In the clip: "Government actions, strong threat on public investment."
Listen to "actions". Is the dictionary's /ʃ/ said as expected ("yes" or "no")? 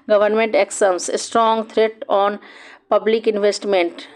no